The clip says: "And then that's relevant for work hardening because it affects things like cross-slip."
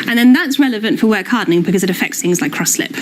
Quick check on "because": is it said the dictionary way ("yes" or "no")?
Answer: yes